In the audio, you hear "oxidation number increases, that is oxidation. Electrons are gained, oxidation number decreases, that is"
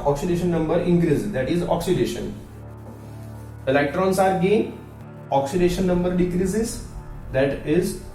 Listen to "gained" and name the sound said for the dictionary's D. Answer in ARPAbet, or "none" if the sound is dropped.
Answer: none